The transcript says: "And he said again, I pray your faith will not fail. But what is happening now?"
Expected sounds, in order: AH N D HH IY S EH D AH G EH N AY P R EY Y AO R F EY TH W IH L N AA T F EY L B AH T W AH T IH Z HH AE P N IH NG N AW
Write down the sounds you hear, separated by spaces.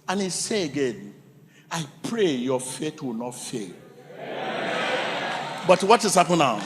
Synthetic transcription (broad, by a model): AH N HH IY S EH AH G EH N AY P R EY Y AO F EY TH W IH L N AA T F EY L B AH T W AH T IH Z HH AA P IH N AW